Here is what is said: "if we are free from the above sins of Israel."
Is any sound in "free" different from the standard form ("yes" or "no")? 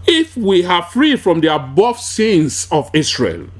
no